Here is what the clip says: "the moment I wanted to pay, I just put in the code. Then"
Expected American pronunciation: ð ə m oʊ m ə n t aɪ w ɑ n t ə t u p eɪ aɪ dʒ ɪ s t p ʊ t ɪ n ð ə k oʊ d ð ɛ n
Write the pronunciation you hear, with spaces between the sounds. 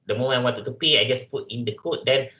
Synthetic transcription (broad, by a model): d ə m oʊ m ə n aɪ w ɑ n t ə t u p eɪ aɪ dʒ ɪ s p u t ɪ n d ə k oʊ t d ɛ n